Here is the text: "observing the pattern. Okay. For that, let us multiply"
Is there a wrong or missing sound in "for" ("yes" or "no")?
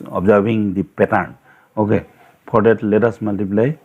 yes